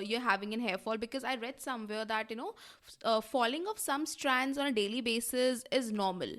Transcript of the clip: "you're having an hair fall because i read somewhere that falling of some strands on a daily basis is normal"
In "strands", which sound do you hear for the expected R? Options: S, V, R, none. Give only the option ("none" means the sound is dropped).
R